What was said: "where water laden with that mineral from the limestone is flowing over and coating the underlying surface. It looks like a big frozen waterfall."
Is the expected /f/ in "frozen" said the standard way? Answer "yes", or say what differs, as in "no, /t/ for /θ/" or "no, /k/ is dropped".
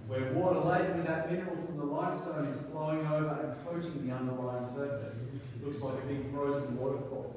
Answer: yes